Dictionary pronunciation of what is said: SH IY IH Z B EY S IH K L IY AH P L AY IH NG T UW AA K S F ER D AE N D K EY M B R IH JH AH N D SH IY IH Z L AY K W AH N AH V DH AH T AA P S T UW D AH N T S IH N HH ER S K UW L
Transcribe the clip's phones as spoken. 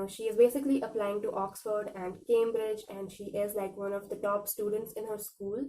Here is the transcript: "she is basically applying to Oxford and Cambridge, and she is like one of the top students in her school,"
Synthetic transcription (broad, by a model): SH IY IH Z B EY S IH K L IY AH P L AY IH NG T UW AA K S F ER D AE N D K EY M B R IH JH AH N D SH IY IH Z L AY K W AH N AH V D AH T AA P S T UW D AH N T S IH N HH ER S K UW L